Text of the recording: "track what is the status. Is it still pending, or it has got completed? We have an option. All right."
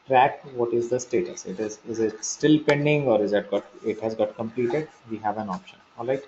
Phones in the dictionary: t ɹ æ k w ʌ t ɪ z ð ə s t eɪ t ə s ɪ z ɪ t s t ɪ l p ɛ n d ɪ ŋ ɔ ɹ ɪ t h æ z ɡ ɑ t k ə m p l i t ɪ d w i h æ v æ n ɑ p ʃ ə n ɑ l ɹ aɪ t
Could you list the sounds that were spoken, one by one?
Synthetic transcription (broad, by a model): t ɹ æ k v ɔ t ɪ z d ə s t eɪ t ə s ɪ z ɪ t s t ɪ l p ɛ n d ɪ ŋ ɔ ɹ ɪ t h æ z ɡ ɑ t k ə m p l i t ɪ d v i h æ v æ n ɑ p ʃ ə n ɑ l ɹ aɪ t